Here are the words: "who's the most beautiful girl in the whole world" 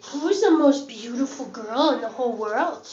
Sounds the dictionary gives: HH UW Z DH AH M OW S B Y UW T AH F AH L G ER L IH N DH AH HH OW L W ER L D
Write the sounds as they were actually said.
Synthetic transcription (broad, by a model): HH UW Z DH AH M OW S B Y UW T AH F L G ER L IH N DH AH HH OW L W ER L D